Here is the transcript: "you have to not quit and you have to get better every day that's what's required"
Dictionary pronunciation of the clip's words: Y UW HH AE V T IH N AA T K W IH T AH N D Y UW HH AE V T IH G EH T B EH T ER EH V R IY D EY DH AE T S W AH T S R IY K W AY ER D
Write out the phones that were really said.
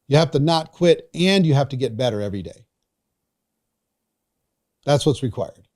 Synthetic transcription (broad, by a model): Y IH HH AE F T IH N AA T K W IH T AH N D Y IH HH AE F T IH G EH T B EH T ER EH V R IY D EY DH AE T S W AH T S R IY K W AY ER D